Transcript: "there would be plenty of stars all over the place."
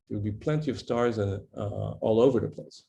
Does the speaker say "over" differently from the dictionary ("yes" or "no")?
no